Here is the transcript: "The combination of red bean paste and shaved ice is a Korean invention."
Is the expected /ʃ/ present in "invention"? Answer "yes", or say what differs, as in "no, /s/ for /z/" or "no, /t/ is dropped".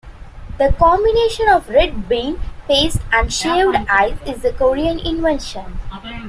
yes